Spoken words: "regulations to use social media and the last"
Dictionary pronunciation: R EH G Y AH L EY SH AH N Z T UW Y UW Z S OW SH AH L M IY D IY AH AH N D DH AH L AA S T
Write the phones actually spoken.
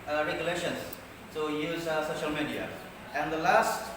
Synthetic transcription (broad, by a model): R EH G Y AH L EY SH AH N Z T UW Y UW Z S OW SH AH L M IY D IY AH AH N D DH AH L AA S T